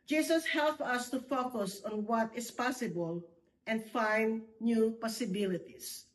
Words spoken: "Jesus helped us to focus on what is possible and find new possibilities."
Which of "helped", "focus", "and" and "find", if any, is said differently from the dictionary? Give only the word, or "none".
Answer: helped